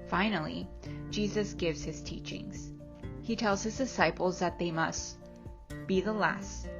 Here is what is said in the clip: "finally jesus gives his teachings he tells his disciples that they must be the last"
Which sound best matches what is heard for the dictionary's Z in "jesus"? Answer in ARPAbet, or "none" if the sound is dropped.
Z